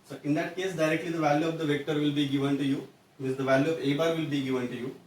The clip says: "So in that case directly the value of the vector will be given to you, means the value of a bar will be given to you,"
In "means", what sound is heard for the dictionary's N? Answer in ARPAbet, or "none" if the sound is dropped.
none